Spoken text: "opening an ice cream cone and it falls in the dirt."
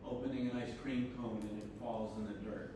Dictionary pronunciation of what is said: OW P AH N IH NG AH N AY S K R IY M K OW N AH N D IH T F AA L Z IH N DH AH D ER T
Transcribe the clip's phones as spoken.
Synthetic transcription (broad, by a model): OW P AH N IH NG AH N AY S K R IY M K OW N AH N IH T F AA L Z IH N DH AH D ER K